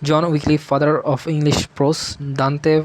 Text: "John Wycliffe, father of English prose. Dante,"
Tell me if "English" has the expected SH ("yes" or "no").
yes